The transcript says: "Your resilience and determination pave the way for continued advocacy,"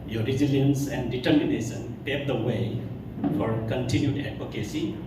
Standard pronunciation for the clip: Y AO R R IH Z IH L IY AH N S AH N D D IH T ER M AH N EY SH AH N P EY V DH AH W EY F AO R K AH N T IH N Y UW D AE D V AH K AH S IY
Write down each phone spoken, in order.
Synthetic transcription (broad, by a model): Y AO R R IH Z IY L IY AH N S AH N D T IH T M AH N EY S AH N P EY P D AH W EY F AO R K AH N T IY N Y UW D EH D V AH K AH S IY